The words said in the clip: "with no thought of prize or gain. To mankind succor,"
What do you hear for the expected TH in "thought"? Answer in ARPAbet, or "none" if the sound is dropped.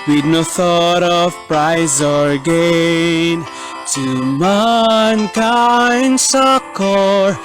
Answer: TH